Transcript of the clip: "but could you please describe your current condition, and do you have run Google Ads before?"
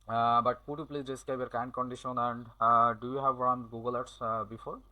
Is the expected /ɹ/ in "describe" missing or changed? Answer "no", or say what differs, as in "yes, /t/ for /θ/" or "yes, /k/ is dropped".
yes, /ɹ/ is dropped